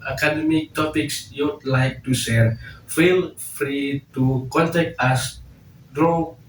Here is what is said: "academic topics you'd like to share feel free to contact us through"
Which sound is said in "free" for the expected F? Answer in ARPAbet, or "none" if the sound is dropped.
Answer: F